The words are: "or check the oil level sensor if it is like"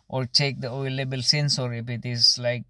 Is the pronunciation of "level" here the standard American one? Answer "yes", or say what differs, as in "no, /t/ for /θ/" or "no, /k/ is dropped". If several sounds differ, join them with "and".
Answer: no, /b/ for /v/